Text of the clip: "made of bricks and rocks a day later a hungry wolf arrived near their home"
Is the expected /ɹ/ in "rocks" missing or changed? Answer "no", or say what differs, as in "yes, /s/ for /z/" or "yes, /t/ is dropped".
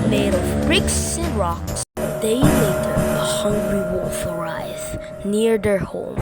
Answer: no